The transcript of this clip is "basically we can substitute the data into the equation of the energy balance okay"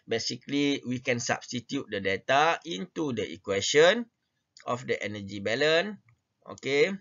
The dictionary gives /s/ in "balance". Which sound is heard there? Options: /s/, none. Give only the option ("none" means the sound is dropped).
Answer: none